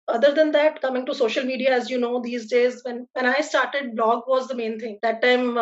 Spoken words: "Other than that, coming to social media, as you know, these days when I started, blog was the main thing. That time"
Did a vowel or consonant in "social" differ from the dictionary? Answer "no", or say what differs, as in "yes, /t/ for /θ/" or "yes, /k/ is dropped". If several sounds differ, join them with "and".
no